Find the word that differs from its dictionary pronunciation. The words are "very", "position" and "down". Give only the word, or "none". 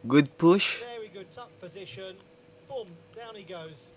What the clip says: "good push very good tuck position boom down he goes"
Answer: none